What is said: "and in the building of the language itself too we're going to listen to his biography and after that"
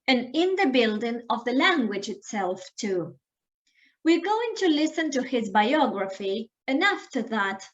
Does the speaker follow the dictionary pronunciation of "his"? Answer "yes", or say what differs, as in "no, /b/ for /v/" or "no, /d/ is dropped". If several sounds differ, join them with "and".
yes